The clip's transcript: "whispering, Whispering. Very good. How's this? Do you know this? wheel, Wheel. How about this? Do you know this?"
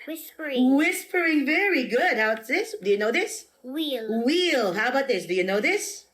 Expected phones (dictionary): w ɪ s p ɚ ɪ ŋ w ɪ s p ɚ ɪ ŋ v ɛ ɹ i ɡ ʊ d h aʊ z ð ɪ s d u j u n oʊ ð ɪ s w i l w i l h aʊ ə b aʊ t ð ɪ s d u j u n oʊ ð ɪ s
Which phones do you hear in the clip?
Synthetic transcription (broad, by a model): w ɪ s p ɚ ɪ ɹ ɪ ɪ ŋ v ɛ ɹ i ɡ ʊ d h aʊ s ð ɪ s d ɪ j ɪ n oʊ ð ɪ s w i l w i l h aʊ ə b aʊ t ð ɪ s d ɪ j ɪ n oʊ ð ɪ s